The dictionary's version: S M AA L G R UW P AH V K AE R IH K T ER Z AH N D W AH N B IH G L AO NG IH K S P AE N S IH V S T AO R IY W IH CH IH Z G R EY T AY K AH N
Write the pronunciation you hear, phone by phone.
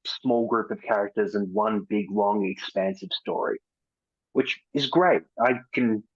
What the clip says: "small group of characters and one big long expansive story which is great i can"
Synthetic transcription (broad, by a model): S M AA L G R UW P AH V K AE R IH K T ER Z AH N W AH N B IH G L AO NG IH K S P AE N S IH V S T AO R IY W IH CH IH Z G R EY T AY K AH N